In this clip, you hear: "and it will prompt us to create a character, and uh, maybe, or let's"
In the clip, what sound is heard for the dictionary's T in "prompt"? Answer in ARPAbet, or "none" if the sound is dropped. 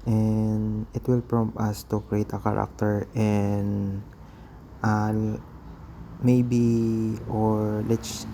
none